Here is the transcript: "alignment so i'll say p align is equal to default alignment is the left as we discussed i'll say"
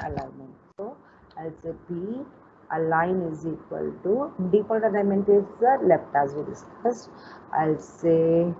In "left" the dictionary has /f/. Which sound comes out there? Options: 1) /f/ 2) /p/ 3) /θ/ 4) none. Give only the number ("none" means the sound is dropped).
2